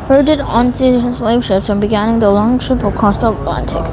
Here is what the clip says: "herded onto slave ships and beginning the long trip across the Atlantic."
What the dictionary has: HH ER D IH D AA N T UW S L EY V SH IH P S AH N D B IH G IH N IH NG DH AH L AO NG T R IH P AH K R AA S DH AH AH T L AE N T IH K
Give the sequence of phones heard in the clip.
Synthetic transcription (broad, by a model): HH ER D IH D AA N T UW S L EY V SH IH P S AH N B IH G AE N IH NG DH AH L AO NG T R IH P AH K AA S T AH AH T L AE N T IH K